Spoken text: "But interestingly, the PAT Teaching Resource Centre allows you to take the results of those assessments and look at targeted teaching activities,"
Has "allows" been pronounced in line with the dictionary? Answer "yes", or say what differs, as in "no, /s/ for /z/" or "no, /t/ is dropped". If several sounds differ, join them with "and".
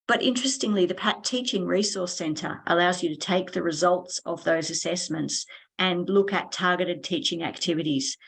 yes